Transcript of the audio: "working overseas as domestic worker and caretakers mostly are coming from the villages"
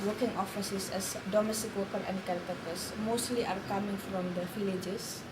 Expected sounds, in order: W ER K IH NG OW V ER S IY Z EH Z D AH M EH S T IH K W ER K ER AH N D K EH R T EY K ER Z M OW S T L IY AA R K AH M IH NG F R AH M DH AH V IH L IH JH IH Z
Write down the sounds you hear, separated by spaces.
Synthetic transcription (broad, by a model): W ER K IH NG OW F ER S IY S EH S D AH M EH S T IH K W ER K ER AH N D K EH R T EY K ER S M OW S T L IY AA R K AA M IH NG F R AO M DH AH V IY L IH JH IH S